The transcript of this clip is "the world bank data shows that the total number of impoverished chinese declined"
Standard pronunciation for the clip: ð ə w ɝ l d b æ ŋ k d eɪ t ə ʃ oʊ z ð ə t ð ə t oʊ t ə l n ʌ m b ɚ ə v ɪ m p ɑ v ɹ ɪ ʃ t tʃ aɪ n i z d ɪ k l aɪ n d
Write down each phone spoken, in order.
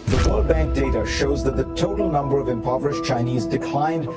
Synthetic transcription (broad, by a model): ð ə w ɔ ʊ b æ ŋ k d eɪ t ə ʃ oʊ z ð ə t ð ə t oʊ t l n ʌ m b ɚ ə v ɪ m p ɑ v ɹ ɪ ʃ tʃ aɪ n i z d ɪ k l aɪ n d